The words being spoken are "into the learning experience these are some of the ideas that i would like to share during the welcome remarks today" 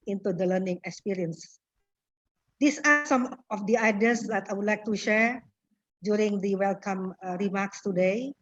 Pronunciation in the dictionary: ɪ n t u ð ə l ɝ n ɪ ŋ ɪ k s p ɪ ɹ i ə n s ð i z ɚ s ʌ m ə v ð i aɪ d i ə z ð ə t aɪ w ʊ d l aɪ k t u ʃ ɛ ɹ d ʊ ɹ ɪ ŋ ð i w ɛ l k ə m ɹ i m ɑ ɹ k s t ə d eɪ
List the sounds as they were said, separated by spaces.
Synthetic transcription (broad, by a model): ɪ n t u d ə l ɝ n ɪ ŋ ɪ k s p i ɹ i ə n s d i s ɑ s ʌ m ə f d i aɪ d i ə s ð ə t aɪ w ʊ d l aɪ k t u ʃ ɛ ɹ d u ɹ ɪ ŋ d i w ɛ l k ə m ɹ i m ɑ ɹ k s t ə d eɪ